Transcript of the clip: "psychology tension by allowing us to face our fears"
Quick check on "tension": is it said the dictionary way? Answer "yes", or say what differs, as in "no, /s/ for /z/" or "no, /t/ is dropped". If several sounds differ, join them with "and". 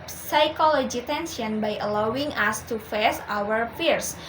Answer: no, /s/ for /ʃ/